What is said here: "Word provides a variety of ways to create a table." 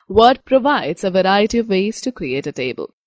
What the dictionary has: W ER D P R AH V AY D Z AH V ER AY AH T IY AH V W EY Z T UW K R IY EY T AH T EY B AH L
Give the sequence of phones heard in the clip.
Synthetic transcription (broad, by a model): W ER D P R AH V AY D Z AH V ER AY AH T IY AH V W EY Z T UW K R IY EY T AH T EY B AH L